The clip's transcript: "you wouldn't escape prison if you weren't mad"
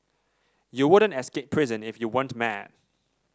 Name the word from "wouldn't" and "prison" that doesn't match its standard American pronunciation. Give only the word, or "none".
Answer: none